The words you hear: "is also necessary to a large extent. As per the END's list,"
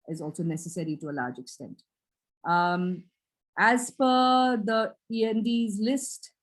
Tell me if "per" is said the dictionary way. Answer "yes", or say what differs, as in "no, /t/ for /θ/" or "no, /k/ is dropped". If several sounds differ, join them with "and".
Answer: no, /f/ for /p/